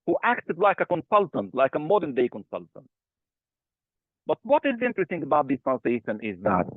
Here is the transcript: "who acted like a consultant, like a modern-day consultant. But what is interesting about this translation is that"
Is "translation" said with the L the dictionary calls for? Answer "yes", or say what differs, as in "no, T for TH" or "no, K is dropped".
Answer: no, L is dropped